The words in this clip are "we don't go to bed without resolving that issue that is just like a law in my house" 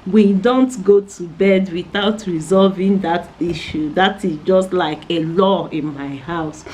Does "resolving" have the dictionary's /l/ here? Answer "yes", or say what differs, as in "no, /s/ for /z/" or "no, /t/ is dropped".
yes